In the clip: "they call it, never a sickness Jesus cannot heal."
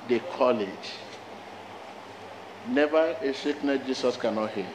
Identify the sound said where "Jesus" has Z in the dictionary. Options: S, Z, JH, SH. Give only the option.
S